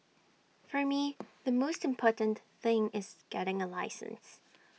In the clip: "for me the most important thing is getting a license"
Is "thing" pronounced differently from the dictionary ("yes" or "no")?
no